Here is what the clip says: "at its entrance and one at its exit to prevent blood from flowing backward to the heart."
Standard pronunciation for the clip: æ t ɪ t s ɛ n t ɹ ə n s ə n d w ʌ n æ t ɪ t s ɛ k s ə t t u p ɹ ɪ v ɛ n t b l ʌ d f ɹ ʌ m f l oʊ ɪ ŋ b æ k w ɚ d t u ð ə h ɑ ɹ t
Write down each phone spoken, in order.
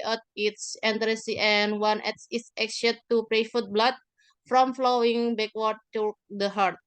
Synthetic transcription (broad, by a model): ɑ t ɪ t s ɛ n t ɹ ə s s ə n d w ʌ n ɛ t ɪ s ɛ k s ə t t u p ɹ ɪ f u t b l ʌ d f ɹ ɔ m f l oʊ ɪ ŋ b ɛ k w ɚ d t u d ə h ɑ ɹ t